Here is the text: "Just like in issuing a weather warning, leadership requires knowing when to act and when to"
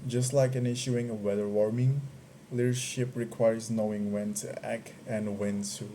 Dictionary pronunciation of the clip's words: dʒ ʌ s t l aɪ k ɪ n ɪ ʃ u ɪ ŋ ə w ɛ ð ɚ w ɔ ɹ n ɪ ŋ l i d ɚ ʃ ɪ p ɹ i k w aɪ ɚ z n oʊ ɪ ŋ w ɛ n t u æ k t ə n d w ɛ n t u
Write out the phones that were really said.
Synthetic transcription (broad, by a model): dʒ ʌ s t l aɪ k ɪ n ɪ ʃ u ɪ ŋ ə w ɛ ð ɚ w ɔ ɹ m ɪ ŋ l i d ɚ ʃ ɪ p ɹ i k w aɪ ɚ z n oʊ ɪ ŋ w ɛ n t u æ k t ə n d w ɛ n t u